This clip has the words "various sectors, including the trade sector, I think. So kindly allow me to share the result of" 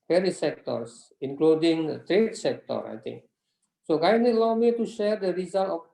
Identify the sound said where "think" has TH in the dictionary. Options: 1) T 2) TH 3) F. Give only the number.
1